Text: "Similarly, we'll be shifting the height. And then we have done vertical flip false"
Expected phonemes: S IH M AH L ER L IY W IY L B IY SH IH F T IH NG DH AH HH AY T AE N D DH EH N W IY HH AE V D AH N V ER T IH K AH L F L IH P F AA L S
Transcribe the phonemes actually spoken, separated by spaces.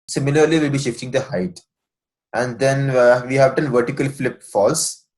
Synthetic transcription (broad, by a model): S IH M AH L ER L IY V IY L B IY SH IH F T IH NG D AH HH AY T AE N D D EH N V IY HH AE V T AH N V ER T IH K AH L F L IH P F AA L S